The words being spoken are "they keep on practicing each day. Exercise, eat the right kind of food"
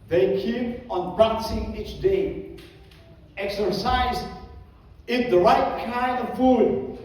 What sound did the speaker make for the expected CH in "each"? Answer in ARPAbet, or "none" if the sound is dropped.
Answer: CH